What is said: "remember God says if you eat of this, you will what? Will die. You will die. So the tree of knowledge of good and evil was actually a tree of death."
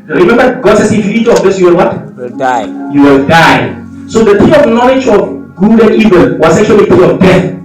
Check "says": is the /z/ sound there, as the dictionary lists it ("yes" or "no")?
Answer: no